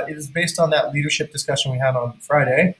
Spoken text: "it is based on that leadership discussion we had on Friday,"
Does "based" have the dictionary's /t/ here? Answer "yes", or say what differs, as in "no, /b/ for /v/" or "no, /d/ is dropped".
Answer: yes